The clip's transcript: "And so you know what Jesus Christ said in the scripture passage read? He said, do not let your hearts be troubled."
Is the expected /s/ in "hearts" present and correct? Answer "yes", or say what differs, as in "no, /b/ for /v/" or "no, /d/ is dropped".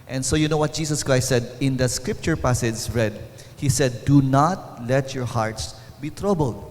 yes